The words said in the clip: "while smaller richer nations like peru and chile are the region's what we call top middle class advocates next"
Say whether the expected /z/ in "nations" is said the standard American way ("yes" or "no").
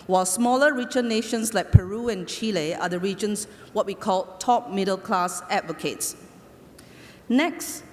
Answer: no